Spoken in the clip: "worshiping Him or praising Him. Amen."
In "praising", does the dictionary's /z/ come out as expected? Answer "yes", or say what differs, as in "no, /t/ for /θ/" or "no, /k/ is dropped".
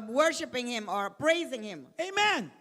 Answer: yes